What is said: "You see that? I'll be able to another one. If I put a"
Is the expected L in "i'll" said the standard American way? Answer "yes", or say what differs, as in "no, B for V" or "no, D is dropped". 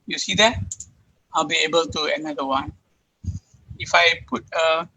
yes